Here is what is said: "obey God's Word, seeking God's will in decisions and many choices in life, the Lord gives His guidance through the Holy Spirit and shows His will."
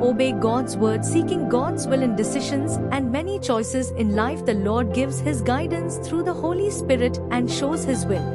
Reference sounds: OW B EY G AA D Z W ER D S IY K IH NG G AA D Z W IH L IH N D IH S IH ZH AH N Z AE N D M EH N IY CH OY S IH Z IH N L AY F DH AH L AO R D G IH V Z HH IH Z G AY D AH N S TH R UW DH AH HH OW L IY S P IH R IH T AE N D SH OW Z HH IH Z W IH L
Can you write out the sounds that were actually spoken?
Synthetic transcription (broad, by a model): OW B EY G AA D Z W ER D S IY K IH NG G AA D Z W IH L IH N D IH S IH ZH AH N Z AE N D M EH N IY CH OY S IH Z IH N L AY F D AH L AO R D G IH V Z HH IH Z G AY D AH N S T R UW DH AH HH OW L IY S P IH R IH T AE N D SH OW Z HH IH Z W IH L